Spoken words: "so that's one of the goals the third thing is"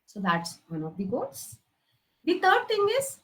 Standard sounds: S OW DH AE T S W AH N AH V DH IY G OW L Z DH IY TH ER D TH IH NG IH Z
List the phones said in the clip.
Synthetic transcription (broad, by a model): S OW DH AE T S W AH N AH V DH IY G OW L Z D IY T ER D T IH NG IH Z